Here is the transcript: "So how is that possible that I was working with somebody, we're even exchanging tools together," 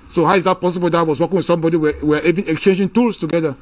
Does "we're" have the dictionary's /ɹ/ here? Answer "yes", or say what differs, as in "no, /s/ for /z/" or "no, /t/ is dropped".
no, /w/ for /ɹ/